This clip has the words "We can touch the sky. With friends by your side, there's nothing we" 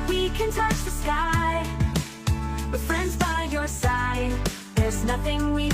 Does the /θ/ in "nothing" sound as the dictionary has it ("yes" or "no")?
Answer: yes